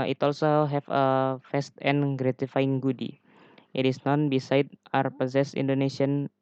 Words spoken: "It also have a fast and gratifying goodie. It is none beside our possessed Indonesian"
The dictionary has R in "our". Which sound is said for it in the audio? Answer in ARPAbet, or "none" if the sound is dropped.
R